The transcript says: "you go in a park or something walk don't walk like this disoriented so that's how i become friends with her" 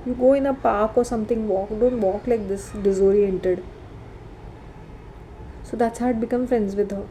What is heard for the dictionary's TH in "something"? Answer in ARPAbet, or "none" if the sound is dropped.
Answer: T